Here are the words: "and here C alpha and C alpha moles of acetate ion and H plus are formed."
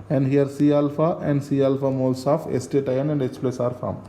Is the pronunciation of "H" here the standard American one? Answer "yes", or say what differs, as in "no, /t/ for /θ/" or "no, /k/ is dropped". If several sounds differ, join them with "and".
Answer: no, /s/ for /tʃ/